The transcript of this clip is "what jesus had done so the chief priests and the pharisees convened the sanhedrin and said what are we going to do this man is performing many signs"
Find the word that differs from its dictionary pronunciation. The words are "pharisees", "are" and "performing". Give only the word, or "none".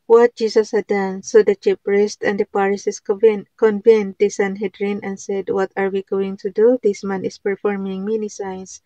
pharisees